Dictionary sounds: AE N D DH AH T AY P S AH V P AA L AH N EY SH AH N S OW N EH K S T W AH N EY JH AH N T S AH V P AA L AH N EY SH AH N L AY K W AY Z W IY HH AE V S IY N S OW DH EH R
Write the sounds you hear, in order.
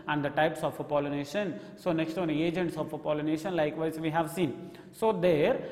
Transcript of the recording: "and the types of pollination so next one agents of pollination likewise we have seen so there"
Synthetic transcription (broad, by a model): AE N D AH T AY P S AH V P AA L AH N EY SH AH N S OW N EH K S T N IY EY JH AH N T S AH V P AA L AH N EY SH AH N L AY K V AY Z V IY HH AE V S IY N S OW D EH R